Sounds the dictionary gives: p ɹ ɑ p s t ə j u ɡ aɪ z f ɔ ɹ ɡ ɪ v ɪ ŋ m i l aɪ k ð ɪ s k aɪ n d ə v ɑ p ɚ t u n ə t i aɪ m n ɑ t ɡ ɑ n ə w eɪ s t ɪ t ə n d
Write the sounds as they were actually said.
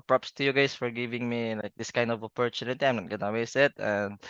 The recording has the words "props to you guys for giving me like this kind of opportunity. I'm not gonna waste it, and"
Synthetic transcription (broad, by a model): p ɹ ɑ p s t ə j u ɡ aɪ s f ɔ ɹ ɡ ɪ v ɪ ŋ m i l aɪ k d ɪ s k aɪ n d ə v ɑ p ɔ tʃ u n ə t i aɪ m n ɑ t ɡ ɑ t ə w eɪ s ɪ t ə n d